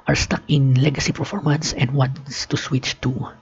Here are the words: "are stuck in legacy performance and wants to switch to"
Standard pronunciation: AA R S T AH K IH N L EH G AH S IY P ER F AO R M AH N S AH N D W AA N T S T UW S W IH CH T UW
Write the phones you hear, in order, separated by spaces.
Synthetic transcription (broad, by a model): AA R S T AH K IH N L EH G AH S IY P ER F AO R M AH N S AH N D W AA N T S T UW S W IH CH T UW